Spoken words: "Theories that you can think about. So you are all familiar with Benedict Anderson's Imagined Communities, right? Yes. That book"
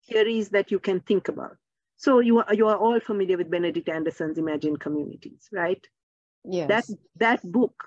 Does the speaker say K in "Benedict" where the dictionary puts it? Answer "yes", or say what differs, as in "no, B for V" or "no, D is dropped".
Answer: yes